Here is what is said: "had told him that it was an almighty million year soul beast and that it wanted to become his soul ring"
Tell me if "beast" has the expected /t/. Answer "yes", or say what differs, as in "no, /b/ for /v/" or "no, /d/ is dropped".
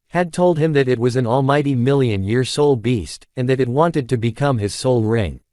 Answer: yes